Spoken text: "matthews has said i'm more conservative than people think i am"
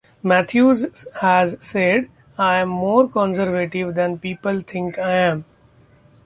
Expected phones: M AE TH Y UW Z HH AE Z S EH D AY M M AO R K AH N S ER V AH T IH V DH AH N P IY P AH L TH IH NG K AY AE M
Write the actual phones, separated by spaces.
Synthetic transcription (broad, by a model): M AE T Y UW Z HH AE Z S EH D AY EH M AO R K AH N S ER V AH T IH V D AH N P IY P AH L T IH NG K AY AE M